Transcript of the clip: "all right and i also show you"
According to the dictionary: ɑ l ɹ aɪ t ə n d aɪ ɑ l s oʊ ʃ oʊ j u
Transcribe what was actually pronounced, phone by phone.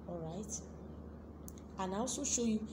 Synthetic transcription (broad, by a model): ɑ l ɹ aɪ t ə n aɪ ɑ s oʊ ʃ oʊ j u